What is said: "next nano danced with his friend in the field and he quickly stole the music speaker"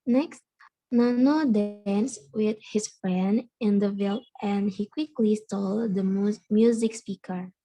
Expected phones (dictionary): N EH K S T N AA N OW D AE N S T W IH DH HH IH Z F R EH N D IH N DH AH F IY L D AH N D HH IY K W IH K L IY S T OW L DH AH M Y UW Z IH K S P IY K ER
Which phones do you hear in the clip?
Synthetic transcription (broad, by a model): N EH K S T N AA N OW D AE N S W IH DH HH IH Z F R EH N D IH N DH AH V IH L AH N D HH IY K W IH K L IY S T OW L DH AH M Y UW Z IH K S P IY K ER